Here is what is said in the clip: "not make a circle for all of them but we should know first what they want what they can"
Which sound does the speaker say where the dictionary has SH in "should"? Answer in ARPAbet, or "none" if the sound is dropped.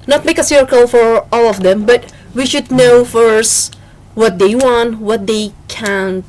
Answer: SH